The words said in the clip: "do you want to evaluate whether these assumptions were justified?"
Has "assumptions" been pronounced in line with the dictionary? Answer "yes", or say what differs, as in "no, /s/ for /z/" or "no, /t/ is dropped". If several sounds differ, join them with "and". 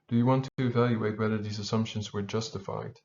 yes